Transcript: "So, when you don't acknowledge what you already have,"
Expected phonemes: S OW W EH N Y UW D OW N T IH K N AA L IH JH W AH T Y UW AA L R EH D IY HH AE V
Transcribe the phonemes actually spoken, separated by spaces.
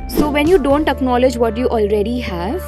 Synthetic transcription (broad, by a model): S OW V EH N Y UW D OW N T IH K N AA L IH JH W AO T Y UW AA L R EH D IY HH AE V